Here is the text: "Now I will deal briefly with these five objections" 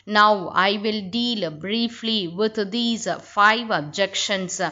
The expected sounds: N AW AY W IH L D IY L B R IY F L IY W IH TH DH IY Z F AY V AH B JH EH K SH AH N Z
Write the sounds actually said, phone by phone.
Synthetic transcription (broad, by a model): N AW AY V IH L D IY L B R IY F L IY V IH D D IY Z F AY V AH B JH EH K SH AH N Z